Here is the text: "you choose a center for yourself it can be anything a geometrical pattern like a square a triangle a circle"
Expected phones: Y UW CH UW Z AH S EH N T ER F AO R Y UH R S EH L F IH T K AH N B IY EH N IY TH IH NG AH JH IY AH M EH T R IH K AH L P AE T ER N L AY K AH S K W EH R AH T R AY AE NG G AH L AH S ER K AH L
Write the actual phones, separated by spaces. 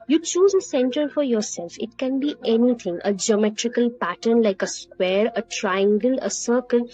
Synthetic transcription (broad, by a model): Y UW CH UW Z AH S EH N T ER F AO R Y UH R S EH L F IH T K AH N B IY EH N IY T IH NG AH JH IY AH M EH T R IH K AH L P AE T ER N L AY K AH S K W EH R AH T R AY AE NG G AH L AH S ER K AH L